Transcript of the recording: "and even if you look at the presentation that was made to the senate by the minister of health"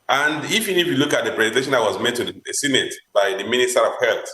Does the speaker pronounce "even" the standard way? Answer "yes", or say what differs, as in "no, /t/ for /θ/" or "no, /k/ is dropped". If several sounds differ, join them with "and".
no, /f/ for /v/